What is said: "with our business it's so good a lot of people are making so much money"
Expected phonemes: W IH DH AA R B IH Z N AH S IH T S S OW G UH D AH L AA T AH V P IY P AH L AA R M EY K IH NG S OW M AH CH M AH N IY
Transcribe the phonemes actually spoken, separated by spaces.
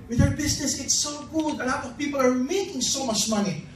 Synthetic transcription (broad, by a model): W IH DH AA R B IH S N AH S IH T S S OW G UH D AH L AA T AH V P IY P AH L AA R M EY K IH NG S OW M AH CH M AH N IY